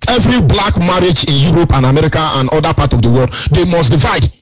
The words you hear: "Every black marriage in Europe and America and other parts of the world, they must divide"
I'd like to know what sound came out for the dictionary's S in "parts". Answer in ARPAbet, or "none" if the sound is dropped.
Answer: none